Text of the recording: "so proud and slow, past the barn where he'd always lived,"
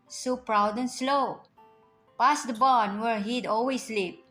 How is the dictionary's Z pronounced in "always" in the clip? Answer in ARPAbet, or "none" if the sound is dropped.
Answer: S